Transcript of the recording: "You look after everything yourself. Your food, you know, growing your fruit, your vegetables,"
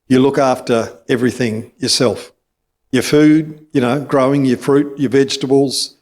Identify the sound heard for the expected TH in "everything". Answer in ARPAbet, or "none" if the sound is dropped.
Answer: TH